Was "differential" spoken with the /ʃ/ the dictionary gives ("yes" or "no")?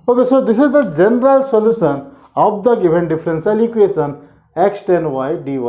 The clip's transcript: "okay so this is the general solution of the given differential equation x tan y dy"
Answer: no